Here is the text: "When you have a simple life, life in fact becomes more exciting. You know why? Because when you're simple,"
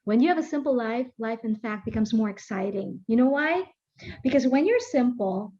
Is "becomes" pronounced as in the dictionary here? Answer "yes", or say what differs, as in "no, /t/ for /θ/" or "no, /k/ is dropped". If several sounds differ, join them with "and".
yes